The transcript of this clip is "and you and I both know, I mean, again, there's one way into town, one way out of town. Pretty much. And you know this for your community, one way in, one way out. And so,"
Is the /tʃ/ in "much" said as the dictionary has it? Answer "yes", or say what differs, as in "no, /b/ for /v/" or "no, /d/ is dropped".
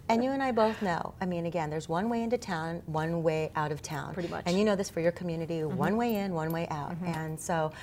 no, /tʃ/ is dropped